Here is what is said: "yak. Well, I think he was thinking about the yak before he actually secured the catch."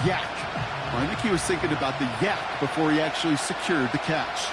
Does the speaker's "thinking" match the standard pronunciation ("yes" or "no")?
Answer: yes